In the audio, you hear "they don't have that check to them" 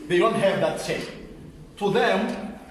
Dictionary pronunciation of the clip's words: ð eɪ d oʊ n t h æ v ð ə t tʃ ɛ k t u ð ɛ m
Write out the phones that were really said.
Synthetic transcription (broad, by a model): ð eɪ d oʊ n t h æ v ð ə t s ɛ t u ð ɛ m